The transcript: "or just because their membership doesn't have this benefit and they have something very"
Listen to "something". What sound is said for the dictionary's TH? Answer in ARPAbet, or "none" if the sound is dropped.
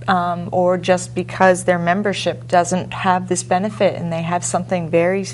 TH